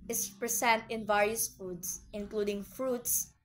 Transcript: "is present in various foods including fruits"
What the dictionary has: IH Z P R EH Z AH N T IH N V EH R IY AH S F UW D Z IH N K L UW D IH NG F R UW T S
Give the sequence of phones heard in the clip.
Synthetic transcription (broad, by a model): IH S P R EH S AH N T IH N V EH R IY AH S F UW D S IH N K L UW D IH NG F R UW T S